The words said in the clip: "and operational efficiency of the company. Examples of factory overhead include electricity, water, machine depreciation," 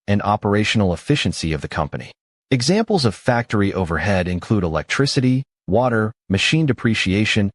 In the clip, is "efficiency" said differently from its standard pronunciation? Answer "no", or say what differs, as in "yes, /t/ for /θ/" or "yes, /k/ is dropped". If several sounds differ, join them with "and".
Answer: no